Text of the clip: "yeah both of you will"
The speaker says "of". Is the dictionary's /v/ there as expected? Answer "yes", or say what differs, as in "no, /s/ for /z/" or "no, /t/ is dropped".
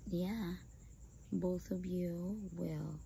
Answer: yes